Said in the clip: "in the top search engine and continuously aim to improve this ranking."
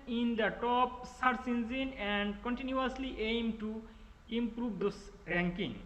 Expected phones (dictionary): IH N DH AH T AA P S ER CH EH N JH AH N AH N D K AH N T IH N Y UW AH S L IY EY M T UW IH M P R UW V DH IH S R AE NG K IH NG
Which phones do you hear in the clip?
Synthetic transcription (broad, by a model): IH N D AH T AA P S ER S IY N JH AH N AH N D K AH N T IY N Y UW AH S L IY EY M T UW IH M P R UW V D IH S R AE NG K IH NG